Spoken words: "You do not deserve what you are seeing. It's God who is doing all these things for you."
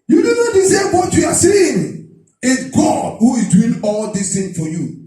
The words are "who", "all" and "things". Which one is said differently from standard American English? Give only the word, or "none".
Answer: things